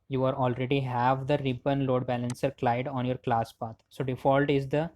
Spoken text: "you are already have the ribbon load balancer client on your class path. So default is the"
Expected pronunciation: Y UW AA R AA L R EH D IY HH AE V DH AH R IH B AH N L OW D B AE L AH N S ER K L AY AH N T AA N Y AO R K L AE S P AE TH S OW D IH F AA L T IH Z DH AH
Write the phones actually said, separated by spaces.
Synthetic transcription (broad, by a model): Y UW AA R AA L R EH D IY HH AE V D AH R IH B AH N L OW D B AE L AH N S ER K L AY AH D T AA N Y AO R K L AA S P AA T S OW D IH F AA L T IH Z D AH